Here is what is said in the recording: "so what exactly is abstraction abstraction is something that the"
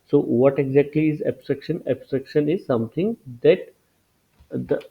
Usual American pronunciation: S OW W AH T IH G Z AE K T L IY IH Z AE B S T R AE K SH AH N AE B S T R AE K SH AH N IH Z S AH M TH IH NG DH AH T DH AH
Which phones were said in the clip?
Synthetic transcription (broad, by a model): S OW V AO T IH G Z AE K T L IY IH Z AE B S T R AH K SH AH N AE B S T R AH K SH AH N IH Z S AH M T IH NG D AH T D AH